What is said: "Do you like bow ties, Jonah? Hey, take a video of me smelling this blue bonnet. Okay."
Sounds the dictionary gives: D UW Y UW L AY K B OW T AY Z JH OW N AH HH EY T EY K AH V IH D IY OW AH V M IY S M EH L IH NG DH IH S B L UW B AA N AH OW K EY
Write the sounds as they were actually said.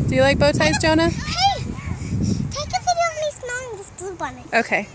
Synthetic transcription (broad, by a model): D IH Y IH L AY K B OW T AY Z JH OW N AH HH EY T EY K AH F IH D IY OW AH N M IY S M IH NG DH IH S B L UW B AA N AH OW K EY